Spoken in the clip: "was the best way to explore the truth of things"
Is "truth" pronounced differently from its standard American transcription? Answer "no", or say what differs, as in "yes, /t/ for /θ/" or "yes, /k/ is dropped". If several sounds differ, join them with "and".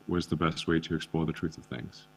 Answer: no